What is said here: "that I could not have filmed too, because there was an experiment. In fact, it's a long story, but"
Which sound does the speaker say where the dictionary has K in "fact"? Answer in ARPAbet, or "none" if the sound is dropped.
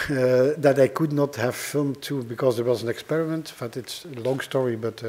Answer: none